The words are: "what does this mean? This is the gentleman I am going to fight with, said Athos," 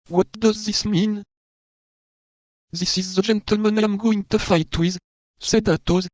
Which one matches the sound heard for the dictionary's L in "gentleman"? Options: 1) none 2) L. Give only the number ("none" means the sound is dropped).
2